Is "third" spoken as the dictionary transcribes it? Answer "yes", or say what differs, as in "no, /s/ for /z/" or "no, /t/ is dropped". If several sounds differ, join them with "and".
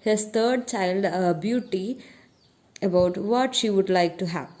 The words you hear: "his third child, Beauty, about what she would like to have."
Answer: no, /t/ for /θ/